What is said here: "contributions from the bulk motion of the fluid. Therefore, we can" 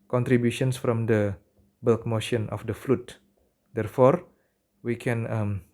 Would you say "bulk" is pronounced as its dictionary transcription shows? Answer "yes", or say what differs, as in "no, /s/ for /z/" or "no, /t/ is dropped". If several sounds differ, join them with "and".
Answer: yes